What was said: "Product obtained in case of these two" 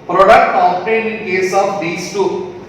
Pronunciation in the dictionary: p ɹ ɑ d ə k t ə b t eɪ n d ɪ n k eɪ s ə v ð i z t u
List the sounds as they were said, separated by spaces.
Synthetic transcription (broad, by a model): p ɹ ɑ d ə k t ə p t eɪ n ɪ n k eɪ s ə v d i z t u